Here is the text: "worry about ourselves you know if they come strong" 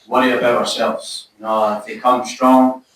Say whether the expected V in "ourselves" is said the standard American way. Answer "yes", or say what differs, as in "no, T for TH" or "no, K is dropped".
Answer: yes